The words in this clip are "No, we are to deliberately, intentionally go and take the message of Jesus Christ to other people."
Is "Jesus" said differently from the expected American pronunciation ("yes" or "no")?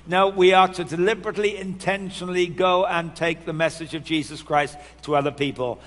no